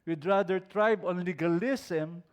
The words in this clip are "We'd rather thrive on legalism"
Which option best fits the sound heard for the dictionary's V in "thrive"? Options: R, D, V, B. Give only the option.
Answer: B